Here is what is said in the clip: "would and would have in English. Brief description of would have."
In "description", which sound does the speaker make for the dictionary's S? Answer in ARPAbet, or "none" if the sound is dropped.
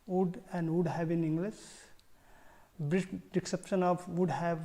none